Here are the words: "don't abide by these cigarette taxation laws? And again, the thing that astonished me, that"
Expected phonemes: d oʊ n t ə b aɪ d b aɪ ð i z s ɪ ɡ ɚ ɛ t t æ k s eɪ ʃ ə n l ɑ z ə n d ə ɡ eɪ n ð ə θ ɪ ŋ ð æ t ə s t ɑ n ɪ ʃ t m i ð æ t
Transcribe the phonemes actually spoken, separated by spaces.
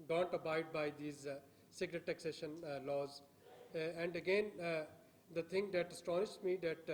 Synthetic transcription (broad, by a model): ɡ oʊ n t ə b aɪ d b aɪ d i z s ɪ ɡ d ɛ t t æ k s eɪ ʃ ə n l ɑ z ə n d ə ɡ eɪ n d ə t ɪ ŋ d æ t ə s t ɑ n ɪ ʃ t m i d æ t